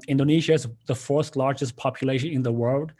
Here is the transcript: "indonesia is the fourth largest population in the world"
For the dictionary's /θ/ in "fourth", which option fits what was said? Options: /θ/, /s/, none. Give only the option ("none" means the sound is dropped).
/s/